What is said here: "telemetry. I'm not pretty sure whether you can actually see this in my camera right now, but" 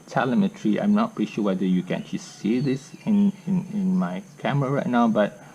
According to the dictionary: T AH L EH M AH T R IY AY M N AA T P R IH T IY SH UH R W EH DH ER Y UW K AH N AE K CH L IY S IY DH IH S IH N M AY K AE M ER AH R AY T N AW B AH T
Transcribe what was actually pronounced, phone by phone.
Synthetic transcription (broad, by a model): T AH L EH M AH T R IY AY M N AA T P EH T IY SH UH W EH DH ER Y UW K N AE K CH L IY S IY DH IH S IH N M AY K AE M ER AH R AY N AW B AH T